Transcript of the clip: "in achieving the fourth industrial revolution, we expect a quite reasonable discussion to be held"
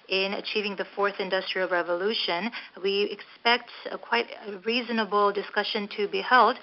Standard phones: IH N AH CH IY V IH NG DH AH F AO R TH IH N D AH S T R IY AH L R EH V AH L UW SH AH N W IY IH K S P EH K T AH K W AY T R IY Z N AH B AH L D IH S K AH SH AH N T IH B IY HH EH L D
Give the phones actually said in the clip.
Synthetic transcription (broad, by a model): IH N AH CH IY V IH NG DH AH F AO R TH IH N D AH S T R IY L R EH V AH L UW SH AH N W IY IH K S P EH K T AH K W AY T R IY Z N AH B L D IH S K AH SH AH N T IH B IY HH EH L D